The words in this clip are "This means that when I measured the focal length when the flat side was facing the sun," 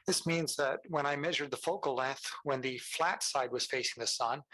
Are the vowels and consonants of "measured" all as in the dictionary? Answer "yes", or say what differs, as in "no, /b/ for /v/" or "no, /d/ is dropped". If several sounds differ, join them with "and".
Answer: yes